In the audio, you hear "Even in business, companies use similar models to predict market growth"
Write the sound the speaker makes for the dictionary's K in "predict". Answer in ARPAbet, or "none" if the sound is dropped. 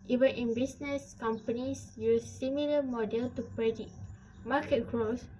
none